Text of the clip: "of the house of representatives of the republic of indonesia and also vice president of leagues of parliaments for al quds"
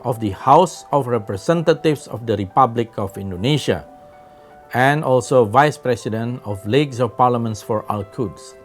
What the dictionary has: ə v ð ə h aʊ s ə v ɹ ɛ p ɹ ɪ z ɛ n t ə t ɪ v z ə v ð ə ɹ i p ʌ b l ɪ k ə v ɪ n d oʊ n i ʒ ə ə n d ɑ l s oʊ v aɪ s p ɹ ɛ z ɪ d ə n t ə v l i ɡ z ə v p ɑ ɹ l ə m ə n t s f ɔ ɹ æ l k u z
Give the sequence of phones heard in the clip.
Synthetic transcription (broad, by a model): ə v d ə h aʊ s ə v ɹ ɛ p ɹ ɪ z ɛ n t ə t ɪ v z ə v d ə ɹ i p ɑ b l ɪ k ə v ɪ n d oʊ n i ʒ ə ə n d ɑ l s oʊ v aɪ s p ɹ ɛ s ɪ d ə n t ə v l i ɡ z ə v p ɑ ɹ l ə m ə n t s f ɔ ɹ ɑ l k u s